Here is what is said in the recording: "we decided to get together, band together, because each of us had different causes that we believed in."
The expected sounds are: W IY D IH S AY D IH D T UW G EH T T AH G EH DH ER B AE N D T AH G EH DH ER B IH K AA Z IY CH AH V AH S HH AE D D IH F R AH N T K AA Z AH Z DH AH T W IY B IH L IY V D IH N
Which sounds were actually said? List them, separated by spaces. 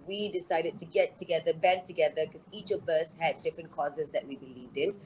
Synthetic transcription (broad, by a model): W IY D IH S AY D IH D T UW G EH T T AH G EH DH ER B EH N T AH G EH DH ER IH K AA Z IY CH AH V AH S HH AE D D IH F R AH N K AA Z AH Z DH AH T W IY B IH L IY V D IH N